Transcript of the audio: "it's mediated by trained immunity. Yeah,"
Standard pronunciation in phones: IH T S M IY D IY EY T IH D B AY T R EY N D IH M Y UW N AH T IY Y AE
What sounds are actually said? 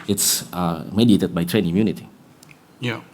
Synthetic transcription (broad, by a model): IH T S M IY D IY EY T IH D B AY T R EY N IH M Y UW N AH T IY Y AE